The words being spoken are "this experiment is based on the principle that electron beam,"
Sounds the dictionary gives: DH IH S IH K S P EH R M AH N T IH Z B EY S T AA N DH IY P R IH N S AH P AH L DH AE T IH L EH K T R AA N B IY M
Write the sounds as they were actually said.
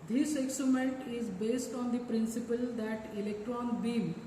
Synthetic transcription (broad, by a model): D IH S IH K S UW M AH N T IH Z B EY S T AA N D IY P R IH N S AH P AH L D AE T IH L EH K T R AA N B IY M